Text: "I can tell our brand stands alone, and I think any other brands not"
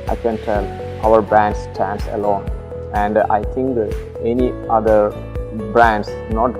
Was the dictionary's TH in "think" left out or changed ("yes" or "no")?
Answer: yes